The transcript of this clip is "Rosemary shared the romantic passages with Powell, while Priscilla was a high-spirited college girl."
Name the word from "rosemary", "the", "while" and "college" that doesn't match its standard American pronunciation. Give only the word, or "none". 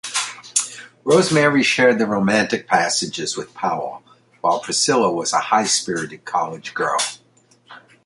none